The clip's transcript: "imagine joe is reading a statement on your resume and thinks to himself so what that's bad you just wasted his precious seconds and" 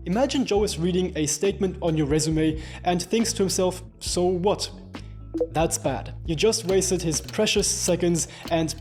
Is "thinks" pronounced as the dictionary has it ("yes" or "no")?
yes